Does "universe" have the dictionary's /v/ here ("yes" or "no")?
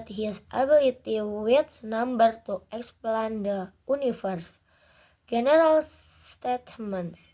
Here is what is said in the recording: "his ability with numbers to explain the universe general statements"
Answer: no